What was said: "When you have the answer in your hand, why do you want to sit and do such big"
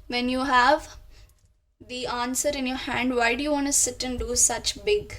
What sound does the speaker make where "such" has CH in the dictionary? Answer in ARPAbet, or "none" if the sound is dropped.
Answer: CH